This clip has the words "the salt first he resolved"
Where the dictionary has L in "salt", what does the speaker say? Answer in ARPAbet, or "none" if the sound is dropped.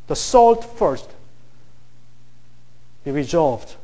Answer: L